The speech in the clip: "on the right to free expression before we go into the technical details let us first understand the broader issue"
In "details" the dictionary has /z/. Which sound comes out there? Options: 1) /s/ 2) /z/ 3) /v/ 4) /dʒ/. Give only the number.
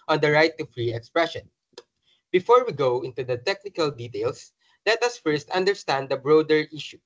1